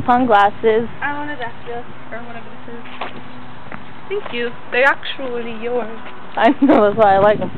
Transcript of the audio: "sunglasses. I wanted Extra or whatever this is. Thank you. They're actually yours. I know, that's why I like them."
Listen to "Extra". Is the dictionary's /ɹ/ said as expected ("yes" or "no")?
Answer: no